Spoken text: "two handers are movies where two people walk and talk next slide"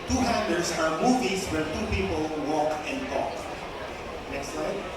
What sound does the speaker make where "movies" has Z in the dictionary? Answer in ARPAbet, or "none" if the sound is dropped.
S